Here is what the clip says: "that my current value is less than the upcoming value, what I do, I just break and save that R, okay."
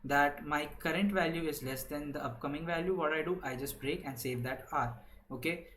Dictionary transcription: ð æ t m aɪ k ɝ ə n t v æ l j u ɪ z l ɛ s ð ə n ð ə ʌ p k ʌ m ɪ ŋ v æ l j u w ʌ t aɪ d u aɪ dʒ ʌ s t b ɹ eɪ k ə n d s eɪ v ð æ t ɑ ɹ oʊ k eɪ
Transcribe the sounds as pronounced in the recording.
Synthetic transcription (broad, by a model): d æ t m aɪ k ɝ ə n t v æ l j u ɪ z l ɛ s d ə n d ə ʌ p k ʌ m ɪ ŋ v æ l j u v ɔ t aɪ d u aɪ dʒ ʌ s t b ɹ eɪ k ə n d s eɪ v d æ t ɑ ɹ oʊ k eɪ